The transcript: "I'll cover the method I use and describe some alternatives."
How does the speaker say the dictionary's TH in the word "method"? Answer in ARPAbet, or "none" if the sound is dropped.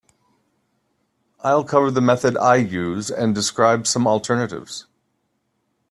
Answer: TH